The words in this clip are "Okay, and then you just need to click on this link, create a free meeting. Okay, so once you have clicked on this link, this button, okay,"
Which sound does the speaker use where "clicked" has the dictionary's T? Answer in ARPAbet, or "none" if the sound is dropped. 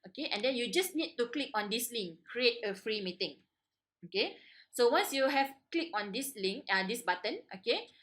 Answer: none